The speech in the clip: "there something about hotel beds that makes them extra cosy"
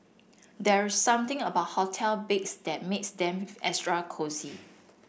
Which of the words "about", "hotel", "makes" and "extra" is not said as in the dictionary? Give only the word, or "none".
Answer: extra